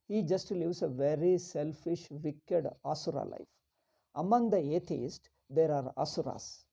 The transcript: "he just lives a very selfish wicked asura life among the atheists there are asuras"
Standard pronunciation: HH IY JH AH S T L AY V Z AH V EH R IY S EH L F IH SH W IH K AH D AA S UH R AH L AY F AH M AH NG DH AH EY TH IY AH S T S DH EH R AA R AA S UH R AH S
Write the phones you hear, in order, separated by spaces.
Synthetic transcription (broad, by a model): HH IY JH AH S T L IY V S AH V EH R IY S EH L F IH SH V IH K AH D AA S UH R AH L AY F AH M AH NG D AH EY T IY S T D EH R AA R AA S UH R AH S